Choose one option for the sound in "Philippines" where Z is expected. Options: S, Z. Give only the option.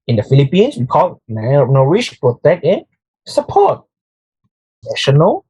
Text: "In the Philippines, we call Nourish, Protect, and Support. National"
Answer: S